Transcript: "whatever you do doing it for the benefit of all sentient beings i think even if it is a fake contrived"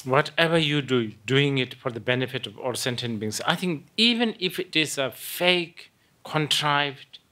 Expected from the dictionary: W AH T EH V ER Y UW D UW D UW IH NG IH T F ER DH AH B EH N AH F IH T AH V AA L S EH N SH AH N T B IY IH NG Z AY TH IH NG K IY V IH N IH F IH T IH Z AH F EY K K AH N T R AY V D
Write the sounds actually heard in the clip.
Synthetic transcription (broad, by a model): W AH T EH V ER Y UW D UW D UW IH NG IH T F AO DH AH B EH N AH F IH T AH V AA L S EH N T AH N B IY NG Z AY TH IH NG K IY V IH N IH F IH T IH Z AH F EY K K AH N T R AY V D